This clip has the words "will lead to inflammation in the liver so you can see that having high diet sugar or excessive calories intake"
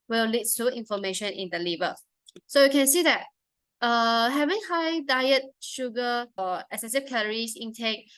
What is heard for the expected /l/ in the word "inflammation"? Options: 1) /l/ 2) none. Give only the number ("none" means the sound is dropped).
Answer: 2